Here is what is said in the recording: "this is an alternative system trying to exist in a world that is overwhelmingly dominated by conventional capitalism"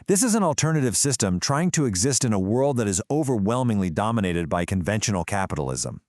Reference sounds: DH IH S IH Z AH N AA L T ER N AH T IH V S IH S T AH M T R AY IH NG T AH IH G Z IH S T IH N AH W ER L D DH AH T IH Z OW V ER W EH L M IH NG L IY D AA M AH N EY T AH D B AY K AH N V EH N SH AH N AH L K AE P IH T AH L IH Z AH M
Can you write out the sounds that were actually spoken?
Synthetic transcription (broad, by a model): DH IH S IH Z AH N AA L T ER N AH T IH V S IH S T AH M T R AY IH NG T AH IH G Z IH S T IH N AH W ER L D DH AH T IH Z OW V ER W EH L M IH NG L IY D AA M AH N EY T AH D B AY K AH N V EH N SH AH N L K AE P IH T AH L IH Z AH M